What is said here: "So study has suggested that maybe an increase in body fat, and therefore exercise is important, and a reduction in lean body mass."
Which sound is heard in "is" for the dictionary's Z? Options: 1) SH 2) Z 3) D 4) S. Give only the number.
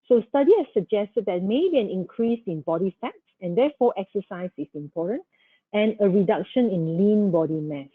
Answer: 4